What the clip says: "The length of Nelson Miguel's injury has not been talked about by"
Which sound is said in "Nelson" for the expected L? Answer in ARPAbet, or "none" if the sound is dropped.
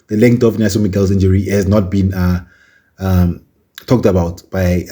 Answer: none